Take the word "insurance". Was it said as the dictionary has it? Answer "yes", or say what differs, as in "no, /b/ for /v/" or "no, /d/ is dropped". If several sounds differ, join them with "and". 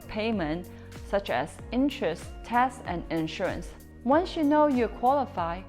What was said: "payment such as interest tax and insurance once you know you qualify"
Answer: yes